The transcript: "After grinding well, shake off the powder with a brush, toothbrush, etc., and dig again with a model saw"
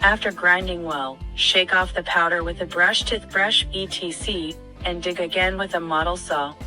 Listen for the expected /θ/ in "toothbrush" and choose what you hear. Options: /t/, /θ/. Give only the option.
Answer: /t/